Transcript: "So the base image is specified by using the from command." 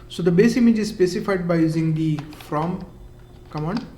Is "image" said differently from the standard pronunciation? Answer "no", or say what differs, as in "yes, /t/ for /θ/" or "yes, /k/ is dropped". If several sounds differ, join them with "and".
no